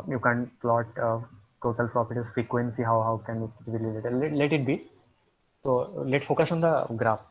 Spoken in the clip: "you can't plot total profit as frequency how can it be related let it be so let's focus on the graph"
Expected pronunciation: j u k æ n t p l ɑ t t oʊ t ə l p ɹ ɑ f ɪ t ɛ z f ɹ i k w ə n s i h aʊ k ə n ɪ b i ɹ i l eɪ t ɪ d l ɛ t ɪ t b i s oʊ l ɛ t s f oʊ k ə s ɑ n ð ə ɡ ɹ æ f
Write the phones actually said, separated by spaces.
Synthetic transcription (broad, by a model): j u k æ n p l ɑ t t oʊ t ə l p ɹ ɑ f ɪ t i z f ɹ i k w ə n s i h aʊ k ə n ɪ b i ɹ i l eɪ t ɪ l ɛ t ɪ t b i s oʊ l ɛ t f oʊ k ə s ɑ n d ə ɡ ɹ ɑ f